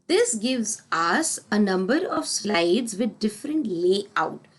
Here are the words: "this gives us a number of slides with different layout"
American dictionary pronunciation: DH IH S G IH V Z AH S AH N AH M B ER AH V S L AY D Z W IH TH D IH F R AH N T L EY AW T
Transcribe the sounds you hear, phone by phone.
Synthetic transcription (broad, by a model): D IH S G IH V Z AH S AH N AH M B ER AH V S L AY D Z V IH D D IH F R AH N T L EY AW T